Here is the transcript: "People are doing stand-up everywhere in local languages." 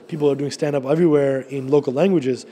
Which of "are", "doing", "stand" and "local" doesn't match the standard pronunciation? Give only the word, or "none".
none